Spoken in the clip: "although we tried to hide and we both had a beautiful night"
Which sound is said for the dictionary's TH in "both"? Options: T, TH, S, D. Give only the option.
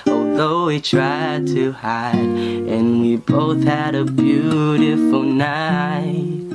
TH